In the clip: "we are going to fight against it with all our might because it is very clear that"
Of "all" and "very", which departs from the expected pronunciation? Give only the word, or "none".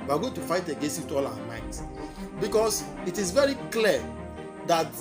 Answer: all